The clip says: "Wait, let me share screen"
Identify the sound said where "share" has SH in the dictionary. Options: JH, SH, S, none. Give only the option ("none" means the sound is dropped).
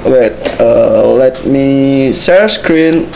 S